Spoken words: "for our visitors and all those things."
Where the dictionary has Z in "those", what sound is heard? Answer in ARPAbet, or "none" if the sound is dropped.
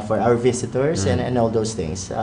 S